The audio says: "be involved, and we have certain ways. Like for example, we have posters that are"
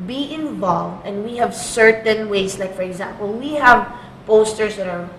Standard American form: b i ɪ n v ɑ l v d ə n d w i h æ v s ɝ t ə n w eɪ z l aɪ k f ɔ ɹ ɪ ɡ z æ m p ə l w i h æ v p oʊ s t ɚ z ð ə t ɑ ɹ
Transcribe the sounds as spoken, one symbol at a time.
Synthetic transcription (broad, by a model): b i ɪ n v ɑ l v d ə n d w i h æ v s ɝ t ə n w eɪ s l aɪ k f ɔ ɹ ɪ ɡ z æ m p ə l w i h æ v p oʊ s t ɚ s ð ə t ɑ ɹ